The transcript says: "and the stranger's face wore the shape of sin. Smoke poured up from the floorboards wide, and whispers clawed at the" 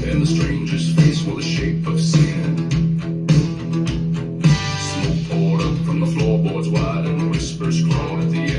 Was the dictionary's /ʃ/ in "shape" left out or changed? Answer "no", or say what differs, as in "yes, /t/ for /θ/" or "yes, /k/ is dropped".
no